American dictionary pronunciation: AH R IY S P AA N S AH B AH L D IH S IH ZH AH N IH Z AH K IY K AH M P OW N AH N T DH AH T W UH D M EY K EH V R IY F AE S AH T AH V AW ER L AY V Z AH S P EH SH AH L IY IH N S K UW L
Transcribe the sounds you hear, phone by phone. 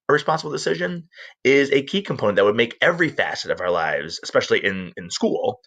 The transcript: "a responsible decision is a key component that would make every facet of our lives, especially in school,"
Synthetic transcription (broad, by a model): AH R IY S P AA N S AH B L D IH S IH ZH AH N IH Z AH K IY K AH M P OW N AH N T DH AH T W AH D M EY K EH V R IY F AE S AH T AH V AW ER L AY V Z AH S P EH SH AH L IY IH N S K UW L